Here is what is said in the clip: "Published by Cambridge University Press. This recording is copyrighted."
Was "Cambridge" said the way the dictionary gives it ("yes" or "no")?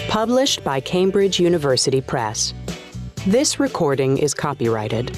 yes